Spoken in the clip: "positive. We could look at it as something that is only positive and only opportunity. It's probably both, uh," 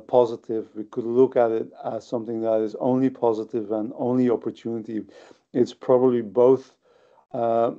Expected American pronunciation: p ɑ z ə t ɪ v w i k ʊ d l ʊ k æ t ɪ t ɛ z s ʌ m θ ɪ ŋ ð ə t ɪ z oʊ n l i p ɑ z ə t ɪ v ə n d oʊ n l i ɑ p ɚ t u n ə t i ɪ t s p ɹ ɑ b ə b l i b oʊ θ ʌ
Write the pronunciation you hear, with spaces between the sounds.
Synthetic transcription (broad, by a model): p ɑ z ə t ɪ v w i k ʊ d l ʊ k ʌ t ɪ t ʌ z s ʌ m θ ɪ ŋ ð ə t ɪ z oʊ n l i p ɑ z ə t ɪ v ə n oʊ n l i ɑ p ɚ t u n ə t i ɪ t s p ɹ ɑ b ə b l i b oʊ θ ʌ